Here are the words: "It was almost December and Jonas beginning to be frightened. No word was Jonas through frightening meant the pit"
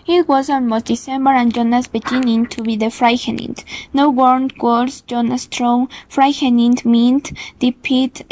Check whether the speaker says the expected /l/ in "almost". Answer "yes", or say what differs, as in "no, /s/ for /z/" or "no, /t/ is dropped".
no, /n/ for /l/